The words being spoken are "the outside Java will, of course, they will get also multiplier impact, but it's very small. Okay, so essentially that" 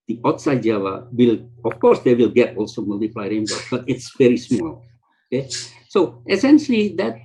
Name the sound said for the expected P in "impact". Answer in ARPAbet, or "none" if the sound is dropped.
B